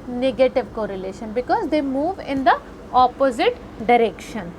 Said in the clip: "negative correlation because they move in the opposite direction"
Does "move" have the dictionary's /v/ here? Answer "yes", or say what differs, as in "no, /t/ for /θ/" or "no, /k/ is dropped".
yes